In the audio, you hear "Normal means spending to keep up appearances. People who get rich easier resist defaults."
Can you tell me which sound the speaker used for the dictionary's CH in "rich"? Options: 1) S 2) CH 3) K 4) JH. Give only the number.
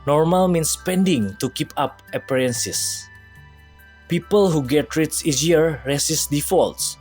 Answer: 1